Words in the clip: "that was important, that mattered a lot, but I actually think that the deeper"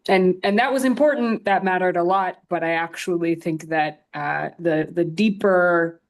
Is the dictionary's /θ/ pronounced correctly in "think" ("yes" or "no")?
yes